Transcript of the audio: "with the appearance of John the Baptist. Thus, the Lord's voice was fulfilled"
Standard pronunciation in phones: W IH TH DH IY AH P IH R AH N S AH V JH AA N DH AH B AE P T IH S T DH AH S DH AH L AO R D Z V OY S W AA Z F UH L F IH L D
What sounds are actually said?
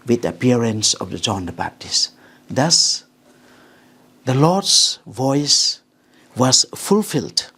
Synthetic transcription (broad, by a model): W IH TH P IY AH R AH N S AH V JH AA N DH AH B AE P T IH S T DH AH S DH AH L AO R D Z V OY S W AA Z F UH L F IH L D